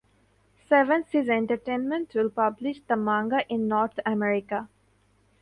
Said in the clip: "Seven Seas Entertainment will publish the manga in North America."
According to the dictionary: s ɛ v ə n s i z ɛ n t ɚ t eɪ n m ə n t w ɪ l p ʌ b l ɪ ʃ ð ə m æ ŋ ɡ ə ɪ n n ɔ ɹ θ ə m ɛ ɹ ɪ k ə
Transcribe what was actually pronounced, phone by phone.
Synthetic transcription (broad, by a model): s ɛ v ə n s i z ɛ n t ɚ t eɪ n m ə n t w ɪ l p ʌ b l ɪ ʃ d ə m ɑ ŋ ɡ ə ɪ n n ɔ ɹ t ə m ɛ ɹ ɪ k ə